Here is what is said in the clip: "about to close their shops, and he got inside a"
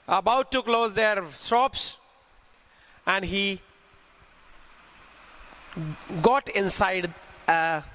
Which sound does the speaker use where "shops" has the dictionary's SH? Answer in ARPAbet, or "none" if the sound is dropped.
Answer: S